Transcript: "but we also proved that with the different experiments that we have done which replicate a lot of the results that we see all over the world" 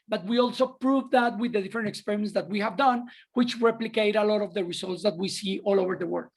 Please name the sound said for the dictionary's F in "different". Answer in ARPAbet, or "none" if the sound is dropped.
none